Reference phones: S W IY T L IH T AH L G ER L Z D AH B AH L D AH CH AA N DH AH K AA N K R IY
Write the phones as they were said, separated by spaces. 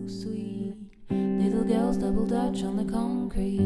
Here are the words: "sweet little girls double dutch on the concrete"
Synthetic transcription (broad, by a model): S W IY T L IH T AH L G ER L Z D AH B L D AH CH N DH AH K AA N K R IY